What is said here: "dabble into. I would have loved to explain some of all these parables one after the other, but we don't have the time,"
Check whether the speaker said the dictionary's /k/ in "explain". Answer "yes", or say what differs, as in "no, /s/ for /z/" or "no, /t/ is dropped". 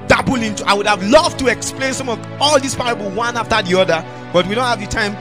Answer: yes